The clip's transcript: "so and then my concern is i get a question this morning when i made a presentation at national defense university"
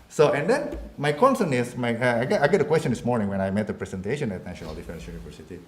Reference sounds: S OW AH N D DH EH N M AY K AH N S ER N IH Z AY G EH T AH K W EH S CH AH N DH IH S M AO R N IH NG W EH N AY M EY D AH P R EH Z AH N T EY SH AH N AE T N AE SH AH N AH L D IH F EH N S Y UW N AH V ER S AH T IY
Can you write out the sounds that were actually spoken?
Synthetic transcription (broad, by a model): S OW AH N D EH N M AY K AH N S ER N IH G AY G EH T AH K W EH S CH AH N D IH S M AO R N IH NG W EH N AY M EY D AH P R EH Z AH N T EY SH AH N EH T N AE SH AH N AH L D IH F EH N S Y UW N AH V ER S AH T IY